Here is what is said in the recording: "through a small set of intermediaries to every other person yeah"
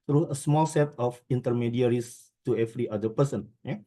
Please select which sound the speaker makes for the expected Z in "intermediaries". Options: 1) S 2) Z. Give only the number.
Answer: 1